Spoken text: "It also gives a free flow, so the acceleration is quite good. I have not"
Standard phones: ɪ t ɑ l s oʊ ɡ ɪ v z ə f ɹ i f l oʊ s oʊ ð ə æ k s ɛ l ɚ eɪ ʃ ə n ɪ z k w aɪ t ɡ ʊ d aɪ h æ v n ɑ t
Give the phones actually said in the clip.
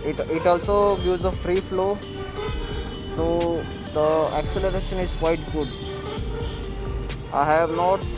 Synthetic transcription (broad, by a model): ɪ t ɑ l s oʊ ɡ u z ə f ɹ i f l oʊ s oʊ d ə æ k s ɛ l ɚ eɪ ʃ ə n ɪ z k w aɪ t ɡ ʊ d aɪ h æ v n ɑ t